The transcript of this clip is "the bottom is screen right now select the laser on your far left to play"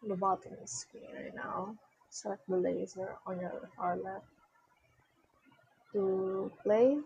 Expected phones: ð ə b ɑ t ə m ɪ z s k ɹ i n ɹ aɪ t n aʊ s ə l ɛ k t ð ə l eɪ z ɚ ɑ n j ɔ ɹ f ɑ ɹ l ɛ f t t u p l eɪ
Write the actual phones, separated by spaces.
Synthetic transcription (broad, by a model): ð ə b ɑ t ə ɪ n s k i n ɹ aɪ t n aʊ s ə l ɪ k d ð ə l eɪ z ɚ ɑ n j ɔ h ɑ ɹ l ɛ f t t u p l eɪ